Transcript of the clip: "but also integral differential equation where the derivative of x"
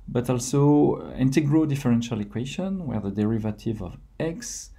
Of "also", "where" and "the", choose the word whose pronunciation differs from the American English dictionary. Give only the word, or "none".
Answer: none